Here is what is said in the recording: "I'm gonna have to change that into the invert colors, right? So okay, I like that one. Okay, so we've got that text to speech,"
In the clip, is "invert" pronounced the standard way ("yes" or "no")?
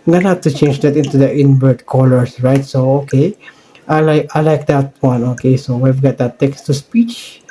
no